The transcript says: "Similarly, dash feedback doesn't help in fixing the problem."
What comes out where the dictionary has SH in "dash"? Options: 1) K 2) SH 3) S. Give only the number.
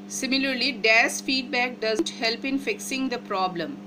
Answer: 3